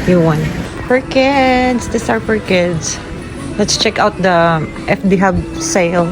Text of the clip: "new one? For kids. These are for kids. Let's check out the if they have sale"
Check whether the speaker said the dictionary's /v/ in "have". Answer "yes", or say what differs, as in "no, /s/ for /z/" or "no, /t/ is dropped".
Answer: no, /b/ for /v/